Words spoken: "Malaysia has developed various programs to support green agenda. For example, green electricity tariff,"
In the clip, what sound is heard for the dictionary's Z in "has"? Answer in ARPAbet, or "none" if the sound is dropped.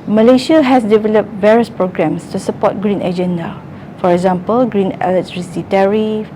S